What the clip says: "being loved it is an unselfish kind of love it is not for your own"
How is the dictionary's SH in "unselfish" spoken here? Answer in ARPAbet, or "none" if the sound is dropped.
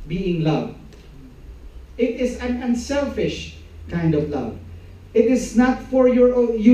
SH